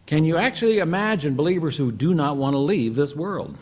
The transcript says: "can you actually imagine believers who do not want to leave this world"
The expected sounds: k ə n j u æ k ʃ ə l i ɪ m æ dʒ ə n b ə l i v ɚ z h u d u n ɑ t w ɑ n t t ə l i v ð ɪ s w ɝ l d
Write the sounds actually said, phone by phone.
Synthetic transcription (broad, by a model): k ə n j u æ k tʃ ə l i ɪ m æ dʒ ə n b ə l i v ɚ z h u d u n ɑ t w ɑ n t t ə l i v ð ɪ s w ɝ l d